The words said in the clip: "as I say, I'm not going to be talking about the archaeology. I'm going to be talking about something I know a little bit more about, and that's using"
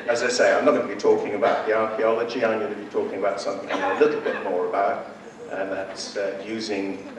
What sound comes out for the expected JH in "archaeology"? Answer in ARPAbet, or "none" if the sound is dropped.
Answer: JH